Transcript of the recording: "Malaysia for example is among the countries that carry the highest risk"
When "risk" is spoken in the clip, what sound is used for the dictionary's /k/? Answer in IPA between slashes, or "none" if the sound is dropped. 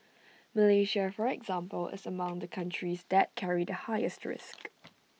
/k/